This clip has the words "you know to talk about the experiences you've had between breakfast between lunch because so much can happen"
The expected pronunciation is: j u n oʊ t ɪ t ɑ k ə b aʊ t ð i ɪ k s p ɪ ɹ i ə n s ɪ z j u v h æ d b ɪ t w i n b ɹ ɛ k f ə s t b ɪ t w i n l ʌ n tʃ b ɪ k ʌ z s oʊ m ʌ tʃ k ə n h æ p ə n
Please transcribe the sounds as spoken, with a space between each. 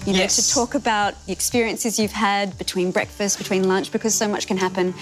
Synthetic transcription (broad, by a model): j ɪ n oʊ t ɪ t ɑ k ə b aʊ t ð i ɪ k s p ɪ ɹ i ə n s ɪ z j u v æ d b ɪ t w i n b ɹ ɛ k f ə s t b ɪ t w i n l ʌ n tʃ b ɪ k ʌ z s oʊ m ʌ tʃ k ə n h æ p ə n